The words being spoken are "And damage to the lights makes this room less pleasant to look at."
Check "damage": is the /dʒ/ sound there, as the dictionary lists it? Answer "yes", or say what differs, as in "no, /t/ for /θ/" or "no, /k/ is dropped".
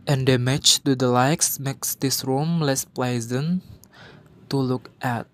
no, /tʃ/ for /dʒ/